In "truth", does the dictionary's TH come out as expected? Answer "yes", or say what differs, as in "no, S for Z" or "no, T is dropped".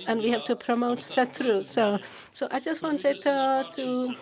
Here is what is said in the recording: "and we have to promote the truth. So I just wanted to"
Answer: no, S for TH